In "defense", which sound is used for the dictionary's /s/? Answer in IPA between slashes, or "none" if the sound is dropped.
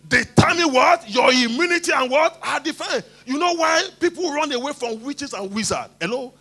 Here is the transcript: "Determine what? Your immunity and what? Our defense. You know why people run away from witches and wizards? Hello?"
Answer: none